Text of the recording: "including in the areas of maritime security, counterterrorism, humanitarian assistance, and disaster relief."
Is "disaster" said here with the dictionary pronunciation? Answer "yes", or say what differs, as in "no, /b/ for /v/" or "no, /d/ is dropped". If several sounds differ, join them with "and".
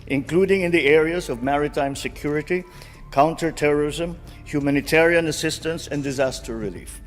yes